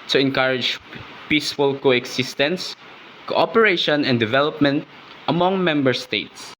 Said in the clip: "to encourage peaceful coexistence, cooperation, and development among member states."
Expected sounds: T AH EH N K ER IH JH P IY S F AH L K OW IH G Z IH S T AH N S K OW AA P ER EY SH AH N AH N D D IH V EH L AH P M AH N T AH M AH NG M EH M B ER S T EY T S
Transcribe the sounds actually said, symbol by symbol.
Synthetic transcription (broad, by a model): T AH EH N K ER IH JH P IY S F AH L K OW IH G S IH S T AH N S K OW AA P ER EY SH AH N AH N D D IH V EH L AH P M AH N T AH M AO NG M EH M B ER S T EY T S